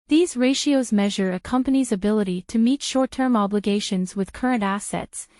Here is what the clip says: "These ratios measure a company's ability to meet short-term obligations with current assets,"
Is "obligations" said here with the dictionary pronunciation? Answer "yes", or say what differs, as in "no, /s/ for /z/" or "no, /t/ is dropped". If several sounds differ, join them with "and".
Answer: yes